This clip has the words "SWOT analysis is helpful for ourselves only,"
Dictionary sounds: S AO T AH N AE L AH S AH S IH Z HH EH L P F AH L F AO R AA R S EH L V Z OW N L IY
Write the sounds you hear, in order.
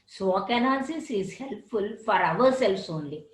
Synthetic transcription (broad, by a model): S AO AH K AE N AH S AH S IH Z HH EH L P F AH L F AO R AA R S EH L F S OW N L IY